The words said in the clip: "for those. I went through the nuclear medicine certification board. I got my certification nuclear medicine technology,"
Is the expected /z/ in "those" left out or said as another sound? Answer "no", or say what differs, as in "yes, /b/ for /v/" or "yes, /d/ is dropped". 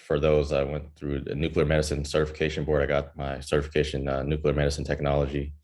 no